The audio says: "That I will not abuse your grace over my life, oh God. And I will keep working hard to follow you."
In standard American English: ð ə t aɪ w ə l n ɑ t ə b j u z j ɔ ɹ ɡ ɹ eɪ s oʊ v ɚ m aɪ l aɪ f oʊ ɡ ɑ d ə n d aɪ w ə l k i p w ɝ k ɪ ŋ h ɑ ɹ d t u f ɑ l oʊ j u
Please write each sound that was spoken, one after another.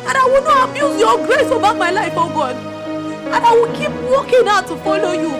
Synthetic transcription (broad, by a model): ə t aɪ w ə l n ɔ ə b j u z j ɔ ɡ ɹ eɪ s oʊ b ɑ m aɪ l aɪ f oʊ ɡ ɑ d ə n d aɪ w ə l k i p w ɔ k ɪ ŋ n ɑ t u f ɑ l oʊ j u